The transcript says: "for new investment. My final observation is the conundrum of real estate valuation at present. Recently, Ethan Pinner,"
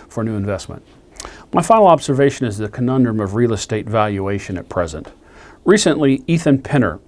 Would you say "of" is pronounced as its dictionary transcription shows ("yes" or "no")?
yes